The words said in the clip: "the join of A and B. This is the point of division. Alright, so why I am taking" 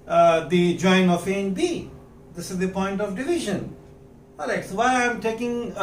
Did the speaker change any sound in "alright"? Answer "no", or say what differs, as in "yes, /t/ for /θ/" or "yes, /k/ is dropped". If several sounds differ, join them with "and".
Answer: yes, /ɹ/ is dropped